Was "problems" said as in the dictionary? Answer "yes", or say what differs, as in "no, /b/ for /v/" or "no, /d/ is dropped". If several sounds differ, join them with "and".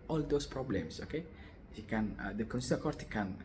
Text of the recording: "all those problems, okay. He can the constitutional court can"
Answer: no, /s/ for /z/